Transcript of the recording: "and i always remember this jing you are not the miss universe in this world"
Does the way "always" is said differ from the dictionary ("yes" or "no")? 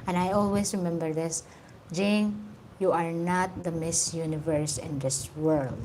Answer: yes